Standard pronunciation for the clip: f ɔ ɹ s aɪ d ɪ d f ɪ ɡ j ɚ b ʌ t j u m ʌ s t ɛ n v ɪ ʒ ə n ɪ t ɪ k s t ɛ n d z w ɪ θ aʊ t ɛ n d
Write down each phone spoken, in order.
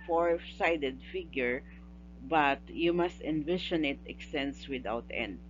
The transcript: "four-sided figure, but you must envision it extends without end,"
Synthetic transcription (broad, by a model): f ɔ ɹ s aɪ d ɪ d f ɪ ɡ j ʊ b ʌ t j u m ʌ s t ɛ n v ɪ ʃ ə n ɪ t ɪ k s t ɛ n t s w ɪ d aʊ t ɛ n d